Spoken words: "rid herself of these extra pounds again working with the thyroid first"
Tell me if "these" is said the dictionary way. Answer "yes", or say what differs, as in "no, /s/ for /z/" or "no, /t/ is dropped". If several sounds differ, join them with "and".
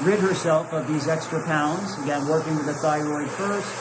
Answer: yes